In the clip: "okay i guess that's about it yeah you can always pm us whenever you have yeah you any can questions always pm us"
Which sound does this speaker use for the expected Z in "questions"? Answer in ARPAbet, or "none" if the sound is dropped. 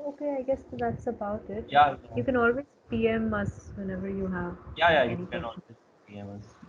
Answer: none